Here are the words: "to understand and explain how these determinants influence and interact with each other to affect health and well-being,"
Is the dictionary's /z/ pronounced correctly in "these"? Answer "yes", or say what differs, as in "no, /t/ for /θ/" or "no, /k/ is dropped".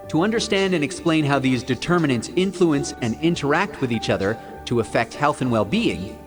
yes